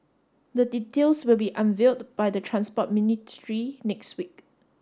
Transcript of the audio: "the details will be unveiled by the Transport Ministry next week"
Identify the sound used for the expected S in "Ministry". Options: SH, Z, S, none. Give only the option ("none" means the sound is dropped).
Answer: none